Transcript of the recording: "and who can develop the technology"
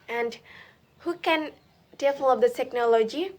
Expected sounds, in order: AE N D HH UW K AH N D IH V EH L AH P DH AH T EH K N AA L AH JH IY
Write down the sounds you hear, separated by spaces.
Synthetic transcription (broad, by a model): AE N D HH UW K AH N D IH F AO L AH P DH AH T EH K N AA L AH JH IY